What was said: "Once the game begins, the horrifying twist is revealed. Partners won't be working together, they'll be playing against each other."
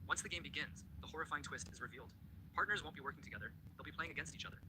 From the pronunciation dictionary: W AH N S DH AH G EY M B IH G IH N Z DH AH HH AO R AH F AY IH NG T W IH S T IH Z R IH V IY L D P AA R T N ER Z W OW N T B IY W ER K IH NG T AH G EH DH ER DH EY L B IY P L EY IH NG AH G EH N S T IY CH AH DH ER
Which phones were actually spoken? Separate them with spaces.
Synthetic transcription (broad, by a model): W AH N S DH AH G EY M B IH G IH N Z DH AH HH AO R AH F AY IH NG T W IH S T IH Z R IH V IY L D P AA R T N ER Z W OW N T B IY W ER K IH NG T AH G EH DH ER DH EY L B IY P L EY IH NG AH G EH N S T IY CH AH DH ER